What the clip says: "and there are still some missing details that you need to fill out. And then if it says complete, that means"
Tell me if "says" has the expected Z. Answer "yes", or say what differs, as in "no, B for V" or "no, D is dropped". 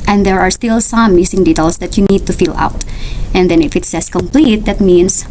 no, S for Z